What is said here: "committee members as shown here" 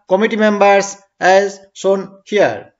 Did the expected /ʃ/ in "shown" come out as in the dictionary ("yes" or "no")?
no